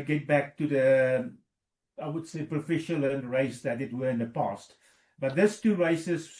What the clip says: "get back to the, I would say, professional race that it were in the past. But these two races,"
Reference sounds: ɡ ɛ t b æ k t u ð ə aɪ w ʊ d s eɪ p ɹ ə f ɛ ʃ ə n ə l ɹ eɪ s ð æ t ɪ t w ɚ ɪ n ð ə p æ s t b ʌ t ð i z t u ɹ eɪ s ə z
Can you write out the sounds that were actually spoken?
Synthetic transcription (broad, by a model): ɡ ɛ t b æ k t u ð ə aɪ w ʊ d s eɪ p ɹ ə f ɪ ʃ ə l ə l ɹ eɪ s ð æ t ɪ t w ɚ ɪ n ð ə p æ s t b ʌ t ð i s t u ɹ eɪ s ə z